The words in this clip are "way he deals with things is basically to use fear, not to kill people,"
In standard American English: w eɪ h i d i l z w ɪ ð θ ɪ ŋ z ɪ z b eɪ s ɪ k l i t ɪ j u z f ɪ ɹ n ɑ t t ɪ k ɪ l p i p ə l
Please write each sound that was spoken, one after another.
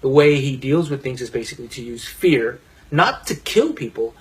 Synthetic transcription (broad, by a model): w eɪ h i d i l z w ɪ ð θ ɪ ŋ z ɪ z b eɪ s ɪ k l i t ɪ j u z f ɪ ɹ n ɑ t t ɪ k ɪ l p i p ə l